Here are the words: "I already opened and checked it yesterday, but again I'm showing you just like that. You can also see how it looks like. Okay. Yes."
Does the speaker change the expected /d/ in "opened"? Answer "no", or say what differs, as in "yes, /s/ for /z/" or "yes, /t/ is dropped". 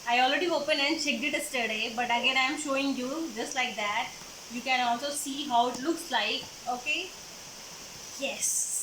yes, /d/ is dropped